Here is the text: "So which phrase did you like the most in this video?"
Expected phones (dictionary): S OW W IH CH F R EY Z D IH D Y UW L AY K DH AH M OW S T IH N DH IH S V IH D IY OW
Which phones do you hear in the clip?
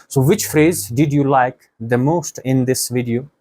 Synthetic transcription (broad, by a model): S OW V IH CH F R EY Z D IH D Y UW L AY K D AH M OW S T IH N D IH S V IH D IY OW